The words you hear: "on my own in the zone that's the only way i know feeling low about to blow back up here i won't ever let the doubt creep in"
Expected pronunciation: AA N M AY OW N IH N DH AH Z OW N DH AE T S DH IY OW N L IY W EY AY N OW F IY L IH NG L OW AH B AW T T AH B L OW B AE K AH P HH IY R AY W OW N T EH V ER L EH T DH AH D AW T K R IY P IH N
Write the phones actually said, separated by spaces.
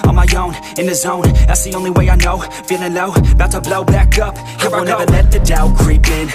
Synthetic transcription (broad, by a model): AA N M AY OW N IH N DH AH Z OW N DH AE T S DH IY OW N L IY W EY AY N OW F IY N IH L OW AH B AW T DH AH B L OW B AE K AH P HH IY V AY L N EH V ER L EH T DH AH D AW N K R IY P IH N